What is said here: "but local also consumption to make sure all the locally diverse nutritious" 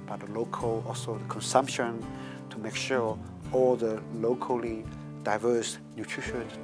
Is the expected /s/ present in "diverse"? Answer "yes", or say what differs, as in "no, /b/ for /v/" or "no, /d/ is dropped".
yes